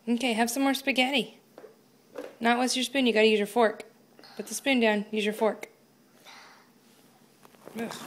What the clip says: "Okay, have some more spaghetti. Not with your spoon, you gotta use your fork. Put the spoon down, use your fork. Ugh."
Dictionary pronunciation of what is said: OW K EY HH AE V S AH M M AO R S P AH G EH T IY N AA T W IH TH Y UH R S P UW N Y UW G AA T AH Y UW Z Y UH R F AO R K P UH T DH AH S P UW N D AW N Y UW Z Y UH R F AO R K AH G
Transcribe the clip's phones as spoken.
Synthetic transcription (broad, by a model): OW K EY HH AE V S AH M M AO R S P AH G EH T IY N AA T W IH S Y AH R S P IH N Y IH G AA T AH Y UW Z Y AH R F AO R K B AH T DH AH S P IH N D AW N Y UW Z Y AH R F AO R K